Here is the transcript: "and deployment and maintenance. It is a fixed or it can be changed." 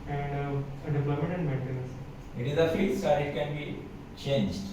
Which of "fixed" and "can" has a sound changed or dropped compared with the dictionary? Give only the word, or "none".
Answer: fixed